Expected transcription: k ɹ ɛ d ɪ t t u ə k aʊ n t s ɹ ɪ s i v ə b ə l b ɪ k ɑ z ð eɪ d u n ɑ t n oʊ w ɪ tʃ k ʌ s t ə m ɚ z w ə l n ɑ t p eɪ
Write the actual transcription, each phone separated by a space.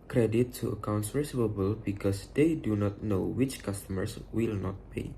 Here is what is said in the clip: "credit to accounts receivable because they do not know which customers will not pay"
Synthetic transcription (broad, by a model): k ɹ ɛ d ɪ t t u ə k aʊ n t s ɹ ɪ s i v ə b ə l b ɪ k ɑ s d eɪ d u n ɑ t n oʊ w ɪ tʃ k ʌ s t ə m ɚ s w ə l n ɑ t p eɪ